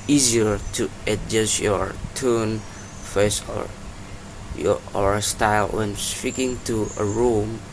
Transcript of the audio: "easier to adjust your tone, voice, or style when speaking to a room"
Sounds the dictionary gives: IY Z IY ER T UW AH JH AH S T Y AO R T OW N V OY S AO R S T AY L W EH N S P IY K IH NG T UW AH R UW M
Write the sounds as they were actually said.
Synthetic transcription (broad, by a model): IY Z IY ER T UW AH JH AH S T Y AO R T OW N F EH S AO R S T AY L W EH N S P IY K IH NG T UW AH R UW M